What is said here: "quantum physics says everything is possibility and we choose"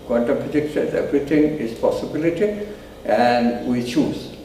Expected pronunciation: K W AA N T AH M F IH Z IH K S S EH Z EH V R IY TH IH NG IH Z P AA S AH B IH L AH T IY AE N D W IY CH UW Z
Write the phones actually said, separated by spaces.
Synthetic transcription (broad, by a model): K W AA N T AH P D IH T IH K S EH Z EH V R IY T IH NG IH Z P AA S AH B IH L AH T IY AE N D W IY CH UW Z